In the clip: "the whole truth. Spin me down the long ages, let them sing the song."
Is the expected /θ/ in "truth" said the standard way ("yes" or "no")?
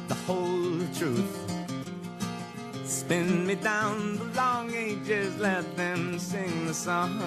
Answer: yes